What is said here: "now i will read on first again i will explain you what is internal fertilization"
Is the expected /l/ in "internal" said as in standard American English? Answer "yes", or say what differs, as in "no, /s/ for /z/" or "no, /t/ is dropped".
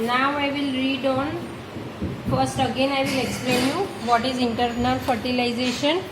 no, /n/ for /l/